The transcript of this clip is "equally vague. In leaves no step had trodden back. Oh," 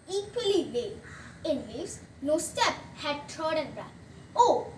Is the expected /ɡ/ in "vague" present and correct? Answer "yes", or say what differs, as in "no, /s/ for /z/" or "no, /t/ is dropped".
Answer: no, /ɡ/ is dropped